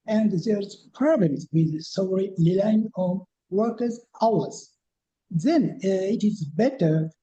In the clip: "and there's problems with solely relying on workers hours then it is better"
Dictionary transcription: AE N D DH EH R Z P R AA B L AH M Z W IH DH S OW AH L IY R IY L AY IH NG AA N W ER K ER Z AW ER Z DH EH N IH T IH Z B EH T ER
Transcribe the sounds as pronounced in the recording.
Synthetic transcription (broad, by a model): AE N D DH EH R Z P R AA B L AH M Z W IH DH S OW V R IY L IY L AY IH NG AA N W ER K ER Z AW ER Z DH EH N IH T IH Z B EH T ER